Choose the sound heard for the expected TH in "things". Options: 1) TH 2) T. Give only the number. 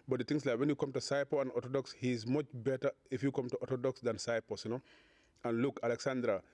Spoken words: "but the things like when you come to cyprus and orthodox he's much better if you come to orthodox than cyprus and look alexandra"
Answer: 2